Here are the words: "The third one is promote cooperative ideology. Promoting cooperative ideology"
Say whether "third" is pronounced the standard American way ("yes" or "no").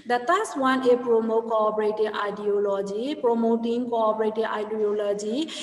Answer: no